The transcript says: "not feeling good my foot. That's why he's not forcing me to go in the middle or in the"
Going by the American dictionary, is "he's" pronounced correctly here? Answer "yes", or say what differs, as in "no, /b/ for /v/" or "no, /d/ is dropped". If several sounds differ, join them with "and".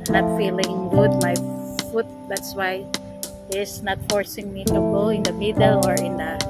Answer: no, /s/ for /z/